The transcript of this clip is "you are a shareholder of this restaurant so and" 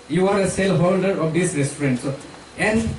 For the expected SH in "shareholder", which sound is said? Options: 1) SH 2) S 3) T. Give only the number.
2